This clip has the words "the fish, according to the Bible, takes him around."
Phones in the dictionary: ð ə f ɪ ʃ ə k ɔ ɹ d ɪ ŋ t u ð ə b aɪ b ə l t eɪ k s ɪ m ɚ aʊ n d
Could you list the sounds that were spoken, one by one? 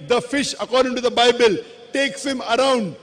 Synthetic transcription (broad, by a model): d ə f ɪ ʃ ə k ɔ ɹ d ɪ ŋ t u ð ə b aɪ b ə l t eɪ k s ɪ m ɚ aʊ n d